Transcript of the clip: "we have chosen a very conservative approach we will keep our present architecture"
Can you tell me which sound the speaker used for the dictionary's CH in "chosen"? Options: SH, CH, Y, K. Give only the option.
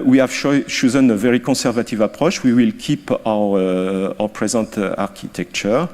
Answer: SH